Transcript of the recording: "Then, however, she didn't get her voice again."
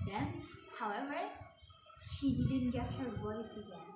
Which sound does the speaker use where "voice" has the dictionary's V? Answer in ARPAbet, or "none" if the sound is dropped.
W